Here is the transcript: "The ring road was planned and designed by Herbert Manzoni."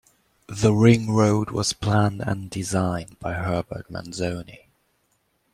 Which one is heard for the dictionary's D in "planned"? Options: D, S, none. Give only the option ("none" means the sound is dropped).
D